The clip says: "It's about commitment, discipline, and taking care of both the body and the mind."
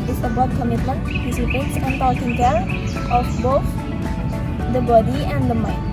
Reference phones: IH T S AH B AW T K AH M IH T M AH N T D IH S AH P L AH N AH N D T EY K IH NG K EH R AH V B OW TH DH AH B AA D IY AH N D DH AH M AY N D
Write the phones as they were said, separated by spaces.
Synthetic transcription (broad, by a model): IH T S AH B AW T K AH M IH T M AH N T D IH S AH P AH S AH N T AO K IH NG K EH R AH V B OW TH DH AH B AA D IY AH N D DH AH M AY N